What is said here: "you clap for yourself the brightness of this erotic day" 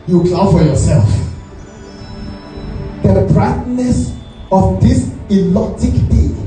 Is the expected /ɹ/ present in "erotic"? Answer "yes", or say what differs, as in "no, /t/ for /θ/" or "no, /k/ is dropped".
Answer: no, /l/ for /ɹ/